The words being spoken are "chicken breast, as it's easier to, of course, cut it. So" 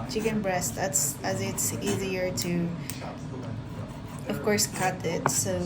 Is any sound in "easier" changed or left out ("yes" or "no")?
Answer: no